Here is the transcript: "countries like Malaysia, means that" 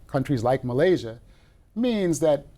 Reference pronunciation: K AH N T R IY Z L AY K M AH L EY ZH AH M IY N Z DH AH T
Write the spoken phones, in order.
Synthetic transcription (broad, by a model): K AH N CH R IY Z L AY K M AH L EY ZH AH M IY N Z DH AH T